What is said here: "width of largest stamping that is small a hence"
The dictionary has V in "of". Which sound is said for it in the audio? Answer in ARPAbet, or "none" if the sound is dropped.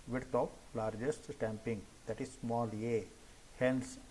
P